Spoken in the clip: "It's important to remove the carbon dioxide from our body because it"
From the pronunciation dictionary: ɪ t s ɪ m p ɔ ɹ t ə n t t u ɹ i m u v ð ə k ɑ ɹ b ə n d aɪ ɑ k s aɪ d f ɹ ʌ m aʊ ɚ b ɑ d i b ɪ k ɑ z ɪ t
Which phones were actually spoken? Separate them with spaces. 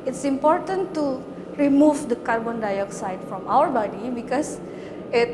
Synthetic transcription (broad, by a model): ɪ t s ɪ m p ɔ ɹ t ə n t t u ɹ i m u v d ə k ɑ ɹ b ə n d aɪ ɑ k s aɪ d f ɹ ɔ m aʊ ɚ b ɑ d i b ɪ k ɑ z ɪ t